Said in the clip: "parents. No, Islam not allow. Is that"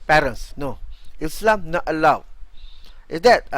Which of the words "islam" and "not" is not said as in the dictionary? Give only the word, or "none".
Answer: none